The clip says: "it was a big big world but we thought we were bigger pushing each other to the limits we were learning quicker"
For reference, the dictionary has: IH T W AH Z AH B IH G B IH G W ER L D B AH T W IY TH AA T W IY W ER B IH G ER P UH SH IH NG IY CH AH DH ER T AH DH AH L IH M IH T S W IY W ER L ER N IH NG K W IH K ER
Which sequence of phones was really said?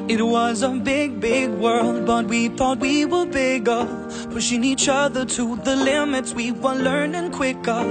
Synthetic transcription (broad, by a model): IH T W AH Z AH B IH G B IH G W ER L D B AH T W IY TH AA T W IY W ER B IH G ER F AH SH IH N IY CH AH DH ER T AH DH AH L IH M IH T S W IY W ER L ER N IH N K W IH K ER